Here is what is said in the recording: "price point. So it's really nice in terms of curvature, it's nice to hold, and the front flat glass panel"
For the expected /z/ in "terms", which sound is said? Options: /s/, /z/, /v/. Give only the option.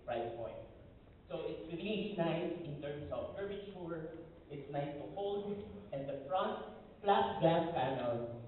/s/